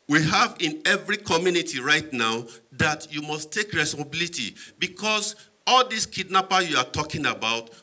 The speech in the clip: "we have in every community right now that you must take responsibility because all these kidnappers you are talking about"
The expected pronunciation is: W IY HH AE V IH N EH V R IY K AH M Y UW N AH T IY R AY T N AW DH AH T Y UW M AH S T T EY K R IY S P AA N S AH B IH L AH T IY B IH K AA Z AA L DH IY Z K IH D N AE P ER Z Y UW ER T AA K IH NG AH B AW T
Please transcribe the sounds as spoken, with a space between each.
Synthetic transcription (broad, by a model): W IY HH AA V IH N EH V R IY K AH M Y UW N AH T IY R AY T N AW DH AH T Y UW M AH S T T EY K R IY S AA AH B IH L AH T IY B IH K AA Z AA L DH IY S K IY D N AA P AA Y UW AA T AA K IH NG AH B AW T